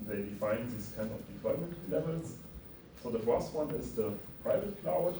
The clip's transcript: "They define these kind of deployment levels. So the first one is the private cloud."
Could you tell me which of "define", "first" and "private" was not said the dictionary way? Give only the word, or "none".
none